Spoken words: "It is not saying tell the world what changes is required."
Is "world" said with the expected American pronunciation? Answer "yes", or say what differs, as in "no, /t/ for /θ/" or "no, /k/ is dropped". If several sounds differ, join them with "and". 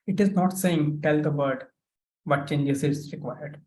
no, /l/ is dropped